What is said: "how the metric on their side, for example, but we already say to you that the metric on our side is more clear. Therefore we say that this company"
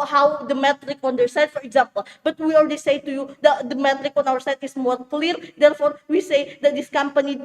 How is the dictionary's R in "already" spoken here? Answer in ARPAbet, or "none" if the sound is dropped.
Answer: L